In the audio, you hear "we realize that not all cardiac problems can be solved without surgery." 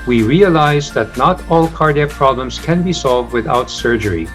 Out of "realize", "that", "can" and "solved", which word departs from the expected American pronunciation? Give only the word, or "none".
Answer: none